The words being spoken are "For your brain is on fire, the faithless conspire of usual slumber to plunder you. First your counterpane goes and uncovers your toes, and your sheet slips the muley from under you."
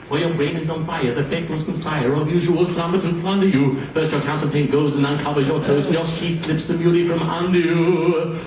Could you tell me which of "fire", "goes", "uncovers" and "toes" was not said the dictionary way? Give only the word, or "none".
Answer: toes